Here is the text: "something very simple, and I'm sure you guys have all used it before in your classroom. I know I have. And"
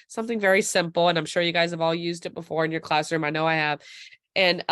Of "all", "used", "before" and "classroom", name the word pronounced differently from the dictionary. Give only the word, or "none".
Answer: none